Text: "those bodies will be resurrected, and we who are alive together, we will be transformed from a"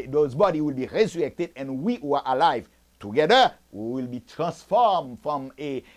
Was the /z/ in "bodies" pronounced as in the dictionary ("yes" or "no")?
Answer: no